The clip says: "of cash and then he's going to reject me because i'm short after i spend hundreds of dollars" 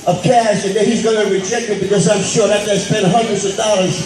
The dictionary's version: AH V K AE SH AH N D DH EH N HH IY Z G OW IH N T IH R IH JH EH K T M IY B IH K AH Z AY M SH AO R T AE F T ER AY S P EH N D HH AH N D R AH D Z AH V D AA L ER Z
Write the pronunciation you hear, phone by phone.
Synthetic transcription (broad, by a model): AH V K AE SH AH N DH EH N HH IY Z G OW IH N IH R IH JH EH K T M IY B IH K AH Z AY M SH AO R AE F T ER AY S P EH N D HH AH N D R AH D Z AH V D AA L ER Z